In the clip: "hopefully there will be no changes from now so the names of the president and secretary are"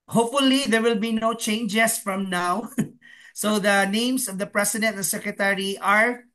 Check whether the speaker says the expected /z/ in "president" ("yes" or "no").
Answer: no